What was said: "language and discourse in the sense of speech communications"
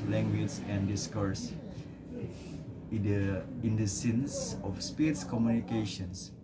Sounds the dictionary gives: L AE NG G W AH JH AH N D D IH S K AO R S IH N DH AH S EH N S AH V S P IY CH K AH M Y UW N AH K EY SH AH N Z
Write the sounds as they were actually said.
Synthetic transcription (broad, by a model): L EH NG G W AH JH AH N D D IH S K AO R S IH N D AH S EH N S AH F S P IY S K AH M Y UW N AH K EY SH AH N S